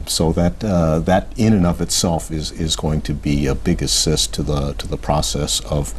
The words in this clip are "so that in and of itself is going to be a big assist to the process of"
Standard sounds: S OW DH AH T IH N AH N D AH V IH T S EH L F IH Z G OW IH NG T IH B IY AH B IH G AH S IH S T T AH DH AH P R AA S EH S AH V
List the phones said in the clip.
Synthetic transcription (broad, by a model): S OW DH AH T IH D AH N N AH V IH T S EH L F IH Z G OW IH NG T IH B IY AH B IH G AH S IH S T T AH DH AH P R AA S EH S AH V